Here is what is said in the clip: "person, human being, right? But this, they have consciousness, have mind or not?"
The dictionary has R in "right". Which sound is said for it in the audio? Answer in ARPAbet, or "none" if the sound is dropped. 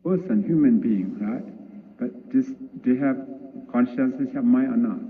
R